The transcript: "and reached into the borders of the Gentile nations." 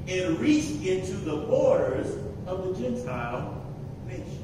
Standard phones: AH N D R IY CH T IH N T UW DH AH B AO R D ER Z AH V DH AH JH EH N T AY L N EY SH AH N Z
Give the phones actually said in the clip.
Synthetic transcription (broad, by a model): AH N R IY CH T IH N T UW DH AH B AO R D ER Z AH V DH AH JH EH N T AY L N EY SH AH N